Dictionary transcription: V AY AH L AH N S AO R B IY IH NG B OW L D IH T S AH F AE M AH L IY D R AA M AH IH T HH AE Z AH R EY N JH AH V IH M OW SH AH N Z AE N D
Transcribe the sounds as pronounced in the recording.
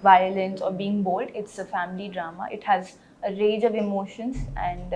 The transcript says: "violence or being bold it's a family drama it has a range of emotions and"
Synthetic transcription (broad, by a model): V AY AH L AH N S AO R B IY IH NG B OW L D IH T S AH F AE M AH L IY D R AA M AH IH T HH AE Z AH R EY JH AH V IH M OW SH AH N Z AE N D